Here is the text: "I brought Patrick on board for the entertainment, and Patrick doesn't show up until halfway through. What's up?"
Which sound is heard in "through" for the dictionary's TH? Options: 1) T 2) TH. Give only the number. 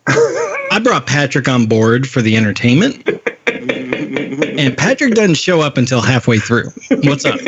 2